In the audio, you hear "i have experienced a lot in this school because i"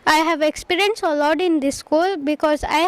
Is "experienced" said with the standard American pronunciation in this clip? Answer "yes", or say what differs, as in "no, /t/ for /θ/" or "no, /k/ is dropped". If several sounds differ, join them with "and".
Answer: no, /t/ is dropped